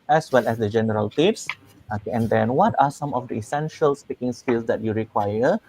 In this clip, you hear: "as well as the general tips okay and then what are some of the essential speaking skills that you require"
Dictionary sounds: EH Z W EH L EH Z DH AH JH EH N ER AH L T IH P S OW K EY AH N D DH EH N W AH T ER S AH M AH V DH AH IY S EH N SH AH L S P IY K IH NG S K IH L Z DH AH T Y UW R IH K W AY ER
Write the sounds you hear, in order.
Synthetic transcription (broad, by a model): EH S W EH L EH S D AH JH EH N ER AH L T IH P S OW K EY AH N D EH N W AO T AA S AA M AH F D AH IY S EH N SH AH L S P IY K IH NG S K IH L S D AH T Y UW R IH K W AY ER